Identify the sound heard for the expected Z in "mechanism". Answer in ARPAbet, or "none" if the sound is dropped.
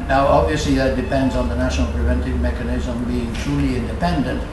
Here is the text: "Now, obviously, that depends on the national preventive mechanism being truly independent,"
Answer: Z